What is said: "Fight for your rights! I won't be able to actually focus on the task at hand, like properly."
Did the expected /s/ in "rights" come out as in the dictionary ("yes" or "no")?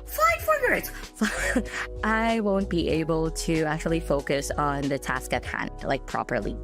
no